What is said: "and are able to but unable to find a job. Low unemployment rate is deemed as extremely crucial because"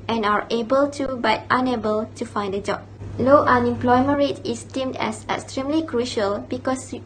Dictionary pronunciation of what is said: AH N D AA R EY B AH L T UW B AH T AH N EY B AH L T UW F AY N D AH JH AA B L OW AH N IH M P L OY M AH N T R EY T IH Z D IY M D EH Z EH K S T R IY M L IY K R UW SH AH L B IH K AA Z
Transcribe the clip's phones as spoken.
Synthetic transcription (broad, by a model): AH N AA R EY B AH L T UW B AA T AH N EY B AH L T UW F AY N D AH JH AA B L OW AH N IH M P L OY M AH N R EY T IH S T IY M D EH S EH K S T R IY M L IY K R UW SH AH L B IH K AA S